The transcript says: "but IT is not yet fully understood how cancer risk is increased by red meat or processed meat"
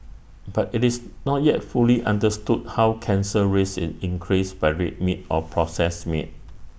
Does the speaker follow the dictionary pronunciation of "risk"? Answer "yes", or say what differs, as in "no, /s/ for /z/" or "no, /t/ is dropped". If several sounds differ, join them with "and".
no, /k/ is dropped